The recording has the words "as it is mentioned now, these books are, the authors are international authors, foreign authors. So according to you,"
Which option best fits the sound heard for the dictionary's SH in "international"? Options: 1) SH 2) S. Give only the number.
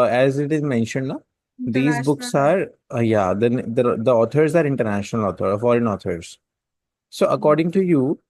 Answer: 1